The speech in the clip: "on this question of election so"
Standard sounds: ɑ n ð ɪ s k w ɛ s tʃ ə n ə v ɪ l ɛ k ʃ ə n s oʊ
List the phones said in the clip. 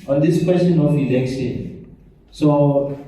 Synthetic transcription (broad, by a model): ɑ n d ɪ s k w ɛ s tʃ ə n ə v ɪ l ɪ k s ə s oʊ